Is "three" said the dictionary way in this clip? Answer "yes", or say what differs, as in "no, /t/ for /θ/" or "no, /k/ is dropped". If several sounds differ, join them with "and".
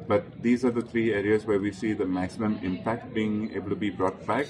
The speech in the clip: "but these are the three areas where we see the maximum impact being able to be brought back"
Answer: no, /t/ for /θ/